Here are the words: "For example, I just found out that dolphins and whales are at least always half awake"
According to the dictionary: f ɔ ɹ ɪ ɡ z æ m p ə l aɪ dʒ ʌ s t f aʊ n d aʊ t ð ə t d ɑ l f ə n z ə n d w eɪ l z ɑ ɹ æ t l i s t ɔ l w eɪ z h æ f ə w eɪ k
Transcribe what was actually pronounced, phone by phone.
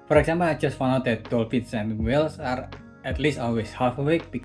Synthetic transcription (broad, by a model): f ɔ ɹ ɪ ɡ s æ m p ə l aɪ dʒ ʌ s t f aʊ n aʊ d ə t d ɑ l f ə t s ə n w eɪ l s ɑ ɹ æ t l i s t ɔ l w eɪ s h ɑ f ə w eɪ k